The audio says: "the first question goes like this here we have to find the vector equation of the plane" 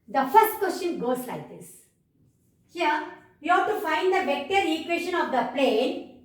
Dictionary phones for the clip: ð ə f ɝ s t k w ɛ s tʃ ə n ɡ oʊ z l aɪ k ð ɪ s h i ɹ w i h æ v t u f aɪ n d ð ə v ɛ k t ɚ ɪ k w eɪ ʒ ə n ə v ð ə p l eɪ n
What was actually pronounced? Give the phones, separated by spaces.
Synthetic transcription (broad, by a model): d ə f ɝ s t k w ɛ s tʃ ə n ɡ oʊ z l aɪ k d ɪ s h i ɹ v i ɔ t t u f aɪ n d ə b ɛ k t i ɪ k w eɪ ʃ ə n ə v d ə p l eɪ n